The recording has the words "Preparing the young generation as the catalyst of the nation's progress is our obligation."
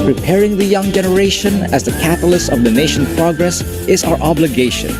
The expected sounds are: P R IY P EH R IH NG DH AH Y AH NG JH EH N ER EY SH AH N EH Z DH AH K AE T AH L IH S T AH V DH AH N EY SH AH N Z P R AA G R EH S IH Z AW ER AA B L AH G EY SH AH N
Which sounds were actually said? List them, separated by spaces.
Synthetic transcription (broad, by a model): P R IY P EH R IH NG DH AH Y AH NG JH EH N ER EY SH AH N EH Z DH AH K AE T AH L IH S AH V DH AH N EY SH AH N P R AA G R EH S IH Z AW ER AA B L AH G EY SH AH N